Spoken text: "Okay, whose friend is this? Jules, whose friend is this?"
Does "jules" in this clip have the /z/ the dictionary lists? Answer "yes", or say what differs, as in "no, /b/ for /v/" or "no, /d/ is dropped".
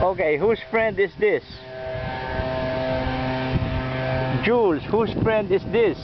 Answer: no, /s/ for /z/